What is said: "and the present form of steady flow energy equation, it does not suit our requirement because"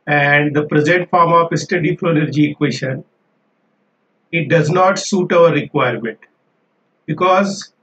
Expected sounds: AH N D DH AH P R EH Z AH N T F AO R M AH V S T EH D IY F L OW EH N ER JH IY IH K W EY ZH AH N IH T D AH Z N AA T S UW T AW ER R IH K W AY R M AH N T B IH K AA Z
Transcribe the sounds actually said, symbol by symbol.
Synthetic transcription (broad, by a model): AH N D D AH P R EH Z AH N T F AO R M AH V S T EH D IY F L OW EH N ER JH IY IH K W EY SH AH N IH T D AH Z N AA T S UW T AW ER R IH K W AY R M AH N T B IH K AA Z